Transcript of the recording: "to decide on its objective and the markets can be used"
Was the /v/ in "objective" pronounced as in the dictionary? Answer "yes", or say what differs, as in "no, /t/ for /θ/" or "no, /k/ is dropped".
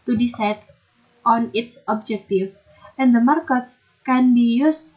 no, /f/ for /v/